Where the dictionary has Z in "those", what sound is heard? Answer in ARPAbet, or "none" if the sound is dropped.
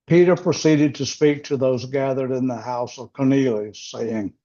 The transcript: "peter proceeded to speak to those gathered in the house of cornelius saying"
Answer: Z